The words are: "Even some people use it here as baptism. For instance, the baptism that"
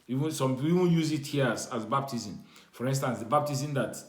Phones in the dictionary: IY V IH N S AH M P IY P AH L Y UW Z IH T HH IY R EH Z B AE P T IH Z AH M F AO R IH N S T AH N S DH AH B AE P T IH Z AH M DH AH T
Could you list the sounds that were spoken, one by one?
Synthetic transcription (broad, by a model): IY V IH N S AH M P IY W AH N Y UW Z IH T HH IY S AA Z B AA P T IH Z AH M F AO R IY N S T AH N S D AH B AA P T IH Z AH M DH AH T